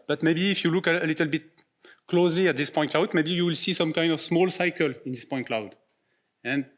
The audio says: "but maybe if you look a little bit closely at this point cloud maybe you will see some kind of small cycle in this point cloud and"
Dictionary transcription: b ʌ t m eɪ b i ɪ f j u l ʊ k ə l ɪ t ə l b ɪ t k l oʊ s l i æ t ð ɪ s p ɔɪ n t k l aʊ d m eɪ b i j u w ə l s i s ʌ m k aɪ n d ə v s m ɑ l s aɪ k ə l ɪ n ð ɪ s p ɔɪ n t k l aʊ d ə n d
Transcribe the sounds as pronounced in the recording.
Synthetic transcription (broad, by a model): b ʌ t m eɪ b i f j u l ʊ k ə l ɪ t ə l b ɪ t k l oʊ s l i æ t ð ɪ s p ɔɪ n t k l aʊ d m eɪ b i j u w ə l s i s ʌ m k aɪ n d ə v s m ɑ l s aɪ k ə l ɪ n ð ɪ s p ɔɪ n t k l aʊ d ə n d